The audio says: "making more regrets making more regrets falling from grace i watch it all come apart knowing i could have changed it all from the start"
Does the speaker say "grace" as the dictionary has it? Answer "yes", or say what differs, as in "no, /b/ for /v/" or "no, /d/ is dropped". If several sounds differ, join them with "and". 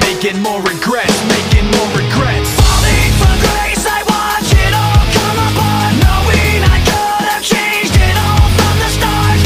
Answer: yes